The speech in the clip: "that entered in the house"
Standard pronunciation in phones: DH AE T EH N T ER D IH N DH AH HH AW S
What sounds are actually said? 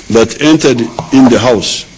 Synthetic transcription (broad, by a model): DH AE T EH N T ER D IH N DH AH HH AW S